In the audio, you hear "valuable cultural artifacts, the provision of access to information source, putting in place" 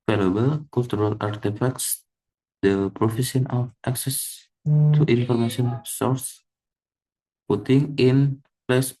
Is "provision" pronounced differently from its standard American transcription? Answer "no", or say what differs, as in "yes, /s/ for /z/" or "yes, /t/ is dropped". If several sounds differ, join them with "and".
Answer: yes, /f/ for /v/ and /s/ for /ʒ/